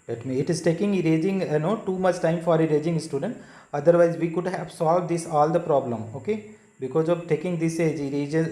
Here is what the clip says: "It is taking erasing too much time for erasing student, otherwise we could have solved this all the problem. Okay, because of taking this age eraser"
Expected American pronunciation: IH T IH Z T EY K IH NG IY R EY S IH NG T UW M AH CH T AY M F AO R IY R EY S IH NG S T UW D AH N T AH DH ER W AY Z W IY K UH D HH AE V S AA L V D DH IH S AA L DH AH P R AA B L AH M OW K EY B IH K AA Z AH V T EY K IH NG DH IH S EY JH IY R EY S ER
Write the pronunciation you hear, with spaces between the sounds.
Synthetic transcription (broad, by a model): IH T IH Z T EY K IH NG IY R EY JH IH NG T UW M AH CH T AY M F AO R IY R EY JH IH NG S T UW D AH N T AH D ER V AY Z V IY K UH D HH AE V S AA L V D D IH S AA L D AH P R AA B L AH M OW K EY B IH K AA Z AH V T EY K IH NG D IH S EY JH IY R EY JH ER